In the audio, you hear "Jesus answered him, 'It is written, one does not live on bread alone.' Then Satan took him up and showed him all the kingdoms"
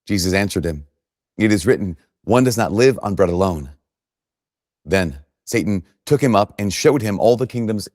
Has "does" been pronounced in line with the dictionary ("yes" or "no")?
yes